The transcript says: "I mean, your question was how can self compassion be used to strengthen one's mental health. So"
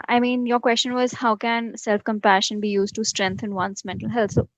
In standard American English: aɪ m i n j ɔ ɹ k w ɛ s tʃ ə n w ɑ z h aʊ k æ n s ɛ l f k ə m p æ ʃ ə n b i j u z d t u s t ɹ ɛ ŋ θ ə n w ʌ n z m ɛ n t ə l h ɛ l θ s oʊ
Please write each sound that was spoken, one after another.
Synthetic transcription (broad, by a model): aɪ m i n j ɔ ɹ k w ɛ s tʃ ə n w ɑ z h aʊ k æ n s ɛ l f k ə m p æ ʃ ə n b i j u z d t u s t ɹ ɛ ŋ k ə n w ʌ n s m ɛ n t ə l h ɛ l t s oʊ